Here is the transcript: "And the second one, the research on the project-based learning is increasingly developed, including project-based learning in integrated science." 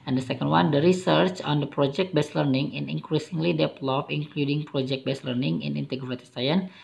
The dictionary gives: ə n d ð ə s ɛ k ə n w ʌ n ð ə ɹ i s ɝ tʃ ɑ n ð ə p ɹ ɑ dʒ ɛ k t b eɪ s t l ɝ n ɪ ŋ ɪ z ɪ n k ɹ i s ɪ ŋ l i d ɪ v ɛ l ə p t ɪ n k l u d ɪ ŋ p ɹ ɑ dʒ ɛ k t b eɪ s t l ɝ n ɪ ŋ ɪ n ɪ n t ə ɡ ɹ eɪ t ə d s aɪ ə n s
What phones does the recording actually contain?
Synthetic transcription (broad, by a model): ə n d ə s ɛ k ə n w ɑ n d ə ɹ i s ɝ tʃ ɑ n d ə p ɹ ɑ dʒ ɛ k t b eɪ s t l ɝ n ɪ ŋ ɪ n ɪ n k ɹ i s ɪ ŋ l i d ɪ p l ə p ɪ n k l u d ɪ ŋ p ɹ ɑ dʒ ɛ k t b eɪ s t l ɝ n ɪ ŋ ɪ n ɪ n t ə ɡ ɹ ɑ t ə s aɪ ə n